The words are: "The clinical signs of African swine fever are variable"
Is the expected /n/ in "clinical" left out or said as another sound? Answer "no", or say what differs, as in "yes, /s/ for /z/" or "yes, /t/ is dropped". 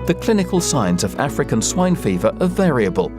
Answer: no